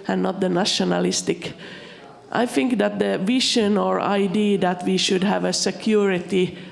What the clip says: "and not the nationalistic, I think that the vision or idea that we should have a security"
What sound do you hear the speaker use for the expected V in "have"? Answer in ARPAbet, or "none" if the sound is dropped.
V